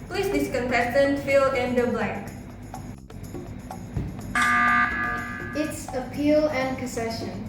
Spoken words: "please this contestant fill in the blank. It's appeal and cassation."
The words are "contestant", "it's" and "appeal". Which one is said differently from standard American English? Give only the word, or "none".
contestant